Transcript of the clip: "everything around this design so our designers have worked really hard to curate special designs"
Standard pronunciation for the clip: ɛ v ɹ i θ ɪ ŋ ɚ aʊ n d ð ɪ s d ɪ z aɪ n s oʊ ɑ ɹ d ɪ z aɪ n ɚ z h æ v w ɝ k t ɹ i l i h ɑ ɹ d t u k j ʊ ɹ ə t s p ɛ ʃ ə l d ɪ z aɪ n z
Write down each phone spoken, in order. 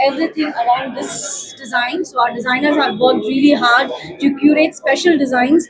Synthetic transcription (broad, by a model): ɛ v ɹ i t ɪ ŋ ɚ aʊ n d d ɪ s d ɪ z aɪ n s oʊ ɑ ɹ d ɪ z aɪ n ɚ z h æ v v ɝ k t ɹ i l i h ɑ ɹ d t u k j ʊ ɹ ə t s p ɛ ʃ ə l d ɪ z aɪ n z